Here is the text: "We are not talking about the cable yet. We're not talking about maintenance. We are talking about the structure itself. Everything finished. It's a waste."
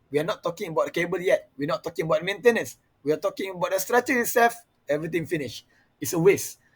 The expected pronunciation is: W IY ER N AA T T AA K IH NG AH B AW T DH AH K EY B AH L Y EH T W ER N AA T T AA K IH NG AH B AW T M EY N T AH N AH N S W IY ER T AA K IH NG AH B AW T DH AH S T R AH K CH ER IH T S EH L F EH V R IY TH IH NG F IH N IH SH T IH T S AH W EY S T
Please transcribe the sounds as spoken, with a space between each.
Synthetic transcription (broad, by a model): W IY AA N AA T T AA K IH NG AH B AW T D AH K EY B AH L Y EH T W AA N AA T T AA K IH NG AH B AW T M EY N T AH N AH N S W IY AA T AA K IH NG AH B AW T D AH S T R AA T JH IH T S EH L F EH V R IY T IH NG F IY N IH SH IH T S AH W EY S